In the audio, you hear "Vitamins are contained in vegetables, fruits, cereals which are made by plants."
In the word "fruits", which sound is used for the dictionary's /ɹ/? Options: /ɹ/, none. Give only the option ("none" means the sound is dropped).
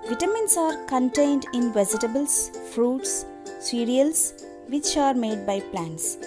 /ɹ/